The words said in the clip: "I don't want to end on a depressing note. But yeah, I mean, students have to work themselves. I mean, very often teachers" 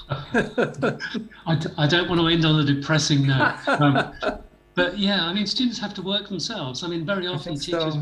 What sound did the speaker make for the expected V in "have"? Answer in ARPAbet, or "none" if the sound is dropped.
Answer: F